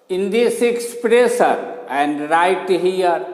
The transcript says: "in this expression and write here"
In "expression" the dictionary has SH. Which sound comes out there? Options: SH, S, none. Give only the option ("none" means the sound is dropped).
S